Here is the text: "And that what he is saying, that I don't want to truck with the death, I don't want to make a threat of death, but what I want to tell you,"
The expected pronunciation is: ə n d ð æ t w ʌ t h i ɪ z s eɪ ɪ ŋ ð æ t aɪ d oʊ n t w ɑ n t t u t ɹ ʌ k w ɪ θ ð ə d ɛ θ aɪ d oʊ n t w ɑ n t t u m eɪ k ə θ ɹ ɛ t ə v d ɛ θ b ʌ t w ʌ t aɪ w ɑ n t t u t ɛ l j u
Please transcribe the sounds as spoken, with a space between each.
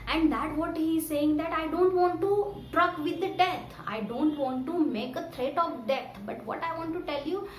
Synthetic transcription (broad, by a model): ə n d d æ t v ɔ t h i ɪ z s eɪ ɪ ŋ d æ t aɪ d oʊ n t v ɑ n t t u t ɹ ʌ k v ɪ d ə d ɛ t aɪ d oʊ n t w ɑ n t t u m eɪ k ə t ɹ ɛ t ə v d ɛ t b ʌ t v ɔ t aɪ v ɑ n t t u t ɛ l j u